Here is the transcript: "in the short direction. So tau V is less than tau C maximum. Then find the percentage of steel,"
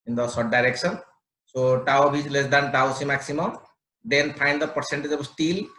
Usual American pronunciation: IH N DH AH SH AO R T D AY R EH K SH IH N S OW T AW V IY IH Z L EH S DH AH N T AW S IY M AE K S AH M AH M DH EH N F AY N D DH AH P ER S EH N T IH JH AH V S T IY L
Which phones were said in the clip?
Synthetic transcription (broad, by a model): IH N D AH S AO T D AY R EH K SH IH N S OW T AW B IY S L EH S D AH N T AW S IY M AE K S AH M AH M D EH N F AY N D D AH P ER S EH N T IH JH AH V S T IY L